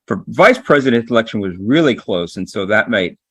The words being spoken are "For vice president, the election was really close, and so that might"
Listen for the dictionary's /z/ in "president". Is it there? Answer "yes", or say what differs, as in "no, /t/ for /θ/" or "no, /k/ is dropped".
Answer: yes